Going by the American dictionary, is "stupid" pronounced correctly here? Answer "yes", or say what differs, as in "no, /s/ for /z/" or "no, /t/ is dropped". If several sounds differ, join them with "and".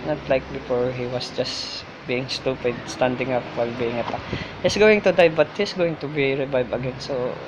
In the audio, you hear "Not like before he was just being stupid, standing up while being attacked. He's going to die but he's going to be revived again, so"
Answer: yes